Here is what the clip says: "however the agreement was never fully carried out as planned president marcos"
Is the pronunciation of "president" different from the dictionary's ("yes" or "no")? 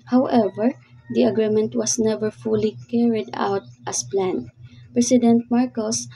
yes